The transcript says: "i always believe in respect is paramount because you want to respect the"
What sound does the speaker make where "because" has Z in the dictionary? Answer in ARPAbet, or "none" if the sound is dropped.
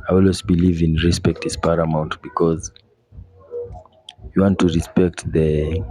Z